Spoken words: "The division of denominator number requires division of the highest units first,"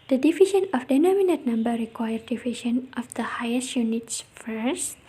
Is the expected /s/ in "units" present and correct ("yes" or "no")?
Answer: yes